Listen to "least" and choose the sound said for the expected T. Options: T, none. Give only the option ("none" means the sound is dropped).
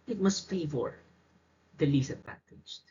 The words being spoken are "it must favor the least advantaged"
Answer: none